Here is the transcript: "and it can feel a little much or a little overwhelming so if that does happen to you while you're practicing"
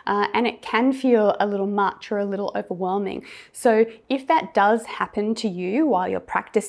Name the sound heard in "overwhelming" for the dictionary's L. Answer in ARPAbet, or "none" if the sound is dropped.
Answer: L